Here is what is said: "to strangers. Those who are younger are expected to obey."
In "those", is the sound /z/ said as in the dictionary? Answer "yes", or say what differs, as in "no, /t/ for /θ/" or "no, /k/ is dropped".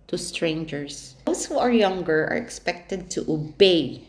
no, /s/ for /z/